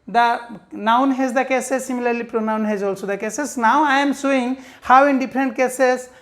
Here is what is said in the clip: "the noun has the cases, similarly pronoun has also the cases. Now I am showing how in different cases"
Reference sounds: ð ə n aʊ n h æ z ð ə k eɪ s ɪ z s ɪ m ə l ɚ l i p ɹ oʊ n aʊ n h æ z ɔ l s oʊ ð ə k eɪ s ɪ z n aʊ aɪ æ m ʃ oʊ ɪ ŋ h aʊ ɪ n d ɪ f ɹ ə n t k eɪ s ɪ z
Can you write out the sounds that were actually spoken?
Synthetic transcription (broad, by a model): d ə n aʊ n h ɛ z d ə k eɪ s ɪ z s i m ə l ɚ l i p ɹ oʊ n aʊ n h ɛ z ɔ l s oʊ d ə k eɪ s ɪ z n aʊ aɪ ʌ m s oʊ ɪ ŋ h aʊ ɪ n d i p ɹ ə n t k eɪ s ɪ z